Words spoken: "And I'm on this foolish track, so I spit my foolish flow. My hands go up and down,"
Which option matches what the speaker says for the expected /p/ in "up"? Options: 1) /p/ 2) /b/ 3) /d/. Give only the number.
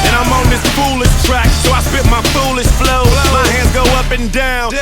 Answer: 1